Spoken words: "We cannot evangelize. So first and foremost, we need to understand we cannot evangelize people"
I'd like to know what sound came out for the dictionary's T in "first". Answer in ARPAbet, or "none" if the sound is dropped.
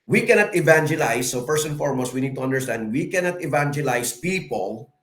none